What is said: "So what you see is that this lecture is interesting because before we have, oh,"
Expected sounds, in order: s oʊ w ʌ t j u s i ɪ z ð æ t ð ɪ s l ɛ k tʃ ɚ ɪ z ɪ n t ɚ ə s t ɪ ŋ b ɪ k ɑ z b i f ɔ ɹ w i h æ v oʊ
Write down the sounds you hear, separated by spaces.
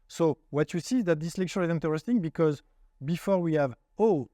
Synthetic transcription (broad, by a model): s oʊ w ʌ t j u s i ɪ z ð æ t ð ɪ s l ɛ k tʃ ɚ ɪ z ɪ n t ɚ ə s t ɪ ŋ b ɪ k ɑ z b i f ɔ ɹ w i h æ v oʊ